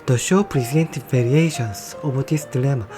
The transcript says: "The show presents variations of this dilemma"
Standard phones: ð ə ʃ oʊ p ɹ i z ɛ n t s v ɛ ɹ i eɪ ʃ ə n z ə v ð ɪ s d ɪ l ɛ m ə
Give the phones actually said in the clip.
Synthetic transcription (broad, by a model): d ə ʃ oʊ p ɹ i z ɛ n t v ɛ ɹ i eɪ ʃ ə n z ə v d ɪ s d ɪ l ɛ m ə